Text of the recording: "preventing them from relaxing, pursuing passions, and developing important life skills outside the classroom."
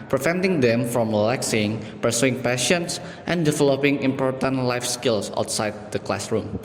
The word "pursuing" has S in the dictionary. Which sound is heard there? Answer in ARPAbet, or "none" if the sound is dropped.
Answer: S